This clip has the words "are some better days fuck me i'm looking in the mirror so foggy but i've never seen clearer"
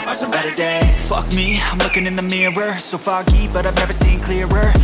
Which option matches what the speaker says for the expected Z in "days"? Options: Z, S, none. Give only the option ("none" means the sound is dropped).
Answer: none